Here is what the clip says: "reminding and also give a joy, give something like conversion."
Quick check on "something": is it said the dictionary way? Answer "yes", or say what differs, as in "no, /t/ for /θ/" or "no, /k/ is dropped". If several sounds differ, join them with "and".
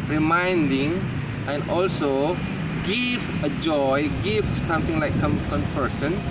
no, /t/ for /θ/